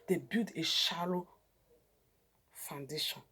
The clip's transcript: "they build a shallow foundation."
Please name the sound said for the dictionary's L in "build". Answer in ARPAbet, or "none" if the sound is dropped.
none